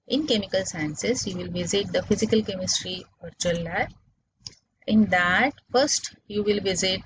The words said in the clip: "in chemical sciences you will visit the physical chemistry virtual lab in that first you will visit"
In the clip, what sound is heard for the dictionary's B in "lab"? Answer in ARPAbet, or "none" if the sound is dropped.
none